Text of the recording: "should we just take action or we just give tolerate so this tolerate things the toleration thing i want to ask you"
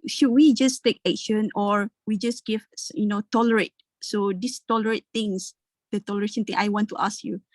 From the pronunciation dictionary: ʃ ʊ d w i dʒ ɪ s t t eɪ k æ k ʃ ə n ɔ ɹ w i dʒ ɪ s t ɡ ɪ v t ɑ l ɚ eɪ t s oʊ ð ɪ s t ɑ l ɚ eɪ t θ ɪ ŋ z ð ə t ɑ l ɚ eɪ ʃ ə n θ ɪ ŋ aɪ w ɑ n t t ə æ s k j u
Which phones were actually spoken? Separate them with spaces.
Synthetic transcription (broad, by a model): ʃ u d w i dʒ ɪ s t t eɪ k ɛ k ʃ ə n ɔ ɹ w i dʒ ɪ s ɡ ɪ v t ɑ l ɚ eɪ t s oʊ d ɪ s t ɑ l ɚ eɪ t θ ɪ ŋ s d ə t ɑ l ɚ eɪ ʃ ə n t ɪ ŋ aɪ w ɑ n t t ə s k j u